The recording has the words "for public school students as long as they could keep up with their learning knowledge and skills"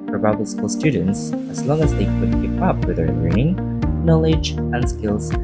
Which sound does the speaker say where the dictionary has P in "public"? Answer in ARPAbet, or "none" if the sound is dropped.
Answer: B